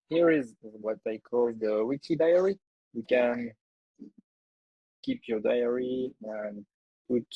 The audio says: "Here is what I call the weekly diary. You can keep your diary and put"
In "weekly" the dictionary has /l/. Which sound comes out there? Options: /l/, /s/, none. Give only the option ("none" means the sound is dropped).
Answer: none